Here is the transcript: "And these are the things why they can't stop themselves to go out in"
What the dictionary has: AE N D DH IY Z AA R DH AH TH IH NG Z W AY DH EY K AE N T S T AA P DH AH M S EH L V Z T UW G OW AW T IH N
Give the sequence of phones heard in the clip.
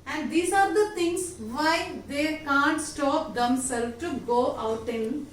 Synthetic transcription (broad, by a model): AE N D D IY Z AA R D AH T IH NG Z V AY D EY K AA N T S T AA P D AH M S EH L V T UW G OW AW T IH N